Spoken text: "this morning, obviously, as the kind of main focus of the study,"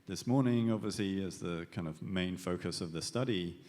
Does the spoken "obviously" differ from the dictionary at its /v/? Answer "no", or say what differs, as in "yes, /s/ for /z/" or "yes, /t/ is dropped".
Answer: no